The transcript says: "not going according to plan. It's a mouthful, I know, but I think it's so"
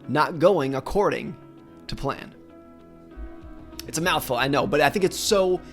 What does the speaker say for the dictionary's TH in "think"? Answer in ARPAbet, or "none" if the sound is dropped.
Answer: TH